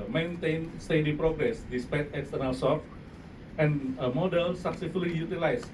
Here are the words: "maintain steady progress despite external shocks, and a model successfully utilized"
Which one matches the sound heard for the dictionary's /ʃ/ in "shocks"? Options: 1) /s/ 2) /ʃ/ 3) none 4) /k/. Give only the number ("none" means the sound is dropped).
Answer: 1